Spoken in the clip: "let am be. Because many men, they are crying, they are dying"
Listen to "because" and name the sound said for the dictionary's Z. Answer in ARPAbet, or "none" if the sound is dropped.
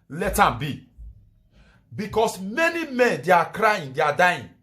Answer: S